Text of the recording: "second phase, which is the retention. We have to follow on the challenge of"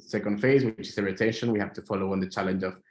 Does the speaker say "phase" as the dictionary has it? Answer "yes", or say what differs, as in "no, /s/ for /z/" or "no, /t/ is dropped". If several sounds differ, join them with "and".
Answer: yes